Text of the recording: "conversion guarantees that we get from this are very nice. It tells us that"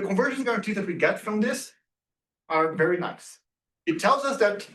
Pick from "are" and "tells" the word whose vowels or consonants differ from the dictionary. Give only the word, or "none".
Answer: none